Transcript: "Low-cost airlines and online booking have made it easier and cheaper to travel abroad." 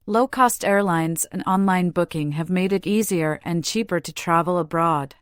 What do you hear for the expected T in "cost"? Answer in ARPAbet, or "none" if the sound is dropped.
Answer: T